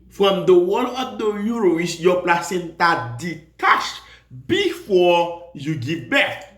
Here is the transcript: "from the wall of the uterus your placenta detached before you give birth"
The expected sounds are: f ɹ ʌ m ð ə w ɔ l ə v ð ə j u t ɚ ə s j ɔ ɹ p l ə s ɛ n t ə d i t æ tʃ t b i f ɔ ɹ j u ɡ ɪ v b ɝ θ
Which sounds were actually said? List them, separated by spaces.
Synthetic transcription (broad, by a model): f ɹ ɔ m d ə w ɔ l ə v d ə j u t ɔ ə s j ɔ p l ə s ɛ n t ə d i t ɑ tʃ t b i f ɔ j u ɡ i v b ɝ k